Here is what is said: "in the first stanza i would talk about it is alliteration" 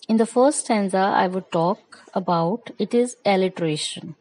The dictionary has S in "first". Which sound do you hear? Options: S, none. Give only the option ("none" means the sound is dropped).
none